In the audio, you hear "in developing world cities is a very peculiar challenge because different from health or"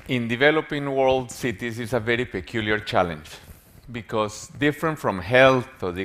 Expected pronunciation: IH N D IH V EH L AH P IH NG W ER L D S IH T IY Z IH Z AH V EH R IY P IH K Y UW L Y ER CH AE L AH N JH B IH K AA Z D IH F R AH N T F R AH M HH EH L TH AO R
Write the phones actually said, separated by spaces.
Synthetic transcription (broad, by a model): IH N D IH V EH L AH P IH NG W ER L D S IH T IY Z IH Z AH V EH R IY P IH K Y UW L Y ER CH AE L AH N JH B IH K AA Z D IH F R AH N T F R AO M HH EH L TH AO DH